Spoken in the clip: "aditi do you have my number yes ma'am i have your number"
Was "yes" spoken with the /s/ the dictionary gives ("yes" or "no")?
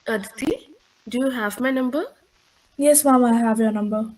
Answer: yes